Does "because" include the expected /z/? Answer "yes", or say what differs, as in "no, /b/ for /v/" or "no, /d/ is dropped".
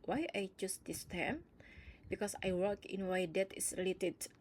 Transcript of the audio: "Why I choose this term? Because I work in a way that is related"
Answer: no, /s/ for /z/